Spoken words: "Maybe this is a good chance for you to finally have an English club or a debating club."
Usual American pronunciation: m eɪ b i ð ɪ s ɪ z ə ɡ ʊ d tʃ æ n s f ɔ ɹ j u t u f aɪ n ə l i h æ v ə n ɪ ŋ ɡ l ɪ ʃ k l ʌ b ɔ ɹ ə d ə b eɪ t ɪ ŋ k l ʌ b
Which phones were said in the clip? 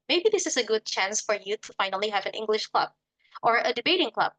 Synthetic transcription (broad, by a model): m eɪ b i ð ɪ s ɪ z ə ɡ ʊ d tʃ æ n s f ɔ ɹ j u t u f aɪ n ə l i h æ v ə n ɪ ŋ ɡ l ɪ ʃ k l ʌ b ɔ ɹ ə d ə b eɪ t ɪ ŋ k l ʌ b